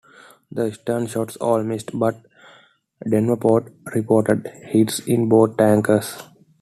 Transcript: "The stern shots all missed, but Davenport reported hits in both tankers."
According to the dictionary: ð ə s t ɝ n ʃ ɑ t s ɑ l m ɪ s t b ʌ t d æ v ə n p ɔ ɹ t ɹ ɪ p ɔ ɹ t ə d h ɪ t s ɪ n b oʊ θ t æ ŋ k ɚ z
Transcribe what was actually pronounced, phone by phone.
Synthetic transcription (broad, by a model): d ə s t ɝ n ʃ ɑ t s ɑ l m ɪ s t b ʌ t d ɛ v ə p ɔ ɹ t ɹ ɪ p ɔ ɹ t ə d h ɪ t s ɪ n b oʊ t t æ ŋ k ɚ s